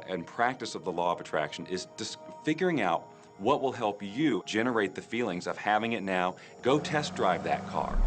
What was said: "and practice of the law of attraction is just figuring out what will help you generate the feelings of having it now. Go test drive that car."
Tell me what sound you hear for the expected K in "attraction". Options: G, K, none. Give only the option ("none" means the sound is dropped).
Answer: K